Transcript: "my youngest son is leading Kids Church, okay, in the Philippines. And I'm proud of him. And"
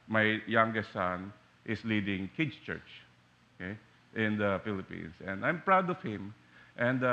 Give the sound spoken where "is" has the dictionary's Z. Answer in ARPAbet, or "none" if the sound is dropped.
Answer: S